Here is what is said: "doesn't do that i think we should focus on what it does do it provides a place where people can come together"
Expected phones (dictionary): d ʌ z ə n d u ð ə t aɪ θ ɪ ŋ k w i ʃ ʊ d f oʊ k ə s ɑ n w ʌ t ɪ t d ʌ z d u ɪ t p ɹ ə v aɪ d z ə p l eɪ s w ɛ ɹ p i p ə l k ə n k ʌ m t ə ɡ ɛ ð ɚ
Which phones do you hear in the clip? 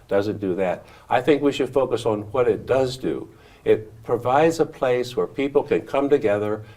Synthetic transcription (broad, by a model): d ʌ z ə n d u ð ə t aɪ θ ɪ ŋ k w i ʃ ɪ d f oʊ k ə s n w ʌ t ɪ t d ʌ z d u ɪ t p ɹ ə v aɪ d z ə p l eɪ s w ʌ ɹ p i p l k ə n k ʌ m t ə ɡ ɛ ð ɚ